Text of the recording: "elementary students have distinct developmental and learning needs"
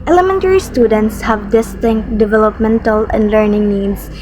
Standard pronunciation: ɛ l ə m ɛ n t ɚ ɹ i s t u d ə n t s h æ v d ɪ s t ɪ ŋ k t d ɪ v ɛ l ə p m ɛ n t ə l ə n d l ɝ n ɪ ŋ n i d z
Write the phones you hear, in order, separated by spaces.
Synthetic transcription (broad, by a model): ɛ l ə m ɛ n t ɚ ɹ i s t u d ə n t s h æ v d ɪ s t ɪ ŋ k t d ɪ v ɛ l ə p m ɛ n t ə l ə n d l ɝ n ɪ ŋ n i d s